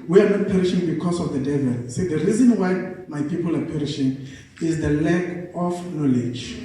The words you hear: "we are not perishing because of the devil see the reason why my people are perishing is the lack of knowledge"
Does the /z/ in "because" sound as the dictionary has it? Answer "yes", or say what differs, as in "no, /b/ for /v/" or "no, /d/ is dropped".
no, /s/ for /z/